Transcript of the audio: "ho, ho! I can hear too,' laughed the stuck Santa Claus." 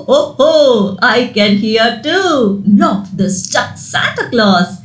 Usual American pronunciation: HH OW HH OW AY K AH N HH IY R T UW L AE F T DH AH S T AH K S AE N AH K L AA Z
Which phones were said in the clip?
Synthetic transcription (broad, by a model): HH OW HH OW AY K AH N HH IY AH T UW N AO T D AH S T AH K S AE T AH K L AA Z